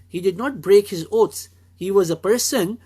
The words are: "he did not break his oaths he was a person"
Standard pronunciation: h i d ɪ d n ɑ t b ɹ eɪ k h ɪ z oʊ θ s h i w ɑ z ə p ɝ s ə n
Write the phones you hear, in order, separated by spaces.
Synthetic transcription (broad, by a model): h i d ɪ d n ɑ t b ɹ eɪ k h ɪ z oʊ t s h i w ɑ z ə p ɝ s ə n